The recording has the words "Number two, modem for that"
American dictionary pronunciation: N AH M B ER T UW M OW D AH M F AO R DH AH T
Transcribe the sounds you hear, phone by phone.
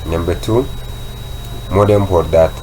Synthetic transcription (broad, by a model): N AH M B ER T UW M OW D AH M P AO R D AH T